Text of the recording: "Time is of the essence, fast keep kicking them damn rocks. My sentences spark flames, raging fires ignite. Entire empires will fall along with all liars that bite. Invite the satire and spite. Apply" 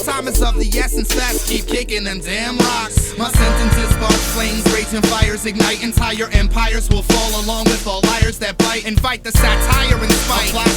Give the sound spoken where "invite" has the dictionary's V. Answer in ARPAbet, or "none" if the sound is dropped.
F